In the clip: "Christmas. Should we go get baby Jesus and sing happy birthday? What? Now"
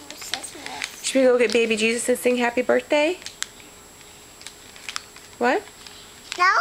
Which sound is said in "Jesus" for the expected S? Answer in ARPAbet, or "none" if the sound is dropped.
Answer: S